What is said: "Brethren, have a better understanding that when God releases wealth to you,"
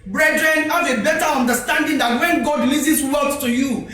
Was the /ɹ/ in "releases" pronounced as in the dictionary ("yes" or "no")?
no